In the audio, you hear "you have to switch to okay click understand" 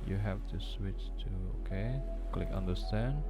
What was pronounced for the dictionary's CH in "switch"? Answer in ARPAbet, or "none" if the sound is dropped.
CH